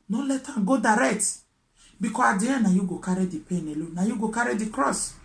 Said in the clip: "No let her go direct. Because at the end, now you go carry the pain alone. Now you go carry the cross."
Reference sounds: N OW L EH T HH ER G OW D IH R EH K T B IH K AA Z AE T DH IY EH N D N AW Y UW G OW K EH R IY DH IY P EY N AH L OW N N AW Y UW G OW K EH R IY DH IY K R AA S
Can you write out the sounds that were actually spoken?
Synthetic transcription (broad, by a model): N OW L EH T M G OW D IH R EH K T B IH K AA AA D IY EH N N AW Y UW G OW K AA R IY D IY P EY N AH L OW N N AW Y UW G OW K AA R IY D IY K R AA S